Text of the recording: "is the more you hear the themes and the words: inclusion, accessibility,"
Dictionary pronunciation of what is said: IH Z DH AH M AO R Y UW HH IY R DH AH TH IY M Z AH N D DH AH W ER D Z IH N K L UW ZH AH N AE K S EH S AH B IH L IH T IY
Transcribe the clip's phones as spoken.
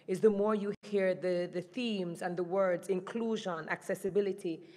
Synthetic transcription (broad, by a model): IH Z DH AH M AO R Y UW HH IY R DH AH TH IY M Z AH N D DH AH W ER D Z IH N K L UW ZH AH N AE K S EH S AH B IH L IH T IY